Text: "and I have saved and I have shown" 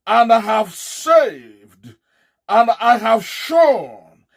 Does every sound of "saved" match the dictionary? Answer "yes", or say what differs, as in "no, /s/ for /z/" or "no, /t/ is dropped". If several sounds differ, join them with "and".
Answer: yes